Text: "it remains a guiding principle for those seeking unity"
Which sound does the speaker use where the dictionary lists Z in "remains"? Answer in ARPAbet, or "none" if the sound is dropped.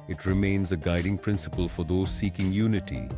Z